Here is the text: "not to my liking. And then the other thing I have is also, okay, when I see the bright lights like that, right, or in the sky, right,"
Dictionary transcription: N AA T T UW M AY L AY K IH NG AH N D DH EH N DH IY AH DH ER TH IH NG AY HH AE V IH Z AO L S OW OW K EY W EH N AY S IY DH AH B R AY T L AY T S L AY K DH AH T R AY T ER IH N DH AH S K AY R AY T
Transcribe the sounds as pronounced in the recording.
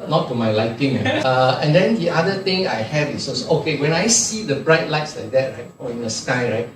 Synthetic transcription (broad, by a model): N AA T T UW M AY L AY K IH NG AH N D EH N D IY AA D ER T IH NG AY HH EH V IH S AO S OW OW K EY W EH N AY S IY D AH B R AY T L AY T S L AY K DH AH T R AY T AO IH N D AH S K AY R AY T